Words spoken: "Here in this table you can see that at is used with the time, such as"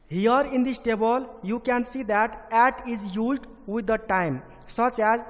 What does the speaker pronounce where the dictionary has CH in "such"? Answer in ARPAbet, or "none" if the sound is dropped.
CH